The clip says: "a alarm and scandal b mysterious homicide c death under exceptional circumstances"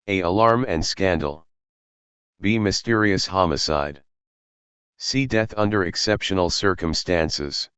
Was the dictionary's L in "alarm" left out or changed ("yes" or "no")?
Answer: no